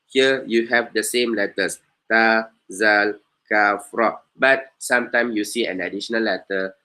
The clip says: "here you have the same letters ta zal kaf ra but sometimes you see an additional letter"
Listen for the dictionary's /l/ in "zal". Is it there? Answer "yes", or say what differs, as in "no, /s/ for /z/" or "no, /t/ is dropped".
yes